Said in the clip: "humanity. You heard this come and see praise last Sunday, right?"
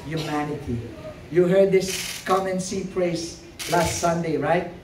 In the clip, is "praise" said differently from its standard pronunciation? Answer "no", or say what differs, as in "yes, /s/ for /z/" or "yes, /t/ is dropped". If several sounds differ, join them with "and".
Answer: yes, /s/ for /z/